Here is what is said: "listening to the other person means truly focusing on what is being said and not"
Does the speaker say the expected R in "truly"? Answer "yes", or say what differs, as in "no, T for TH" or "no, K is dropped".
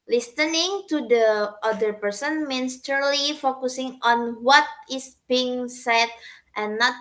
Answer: no, R is dropped